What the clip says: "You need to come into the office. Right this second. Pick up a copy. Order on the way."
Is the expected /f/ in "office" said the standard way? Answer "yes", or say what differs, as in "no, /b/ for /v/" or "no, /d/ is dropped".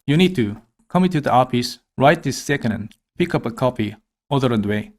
no, /p/ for /f/